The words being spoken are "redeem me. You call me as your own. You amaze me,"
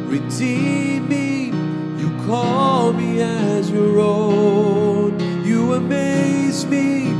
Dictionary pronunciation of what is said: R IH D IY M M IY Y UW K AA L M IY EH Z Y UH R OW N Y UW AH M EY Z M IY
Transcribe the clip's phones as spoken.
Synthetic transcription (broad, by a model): R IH D IY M M IY Y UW K AA L M IY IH Z Y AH R OW N Y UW AH M EY Z M IY